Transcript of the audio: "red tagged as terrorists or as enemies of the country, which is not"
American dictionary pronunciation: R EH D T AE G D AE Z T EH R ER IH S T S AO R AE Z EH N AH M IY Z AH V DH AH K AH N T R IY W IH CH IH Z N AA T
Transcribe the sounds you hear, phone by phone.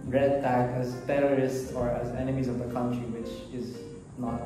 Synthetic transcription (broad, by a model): R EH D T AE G AE Z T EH R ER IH S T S AO R AE Z EH N AH M IY Z AH V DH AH K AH N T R IY W IH CH IH Z N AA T